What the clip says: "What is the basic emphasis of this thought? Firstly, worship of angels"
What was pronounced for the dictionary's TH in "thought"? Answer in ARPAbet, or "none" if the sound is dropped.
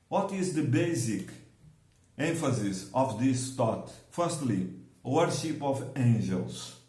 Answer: T